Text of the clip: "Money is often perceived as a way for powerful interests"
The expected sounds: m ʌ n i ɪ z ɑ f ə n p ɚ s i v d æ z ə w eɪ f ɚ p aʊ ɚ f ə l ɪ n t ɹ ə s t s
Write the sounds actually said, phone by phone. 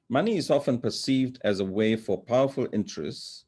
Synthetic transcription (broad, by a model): m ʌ n i ɪ z ɑ f ə n p ɚ s i v d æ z ə w eɪ f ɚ p aʊ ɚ f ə l ɪ n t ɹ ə s t s